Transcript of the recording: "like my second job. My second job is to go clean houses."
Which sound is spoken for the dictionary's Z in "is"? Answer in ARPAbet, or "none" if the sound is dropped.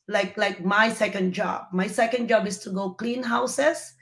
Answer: S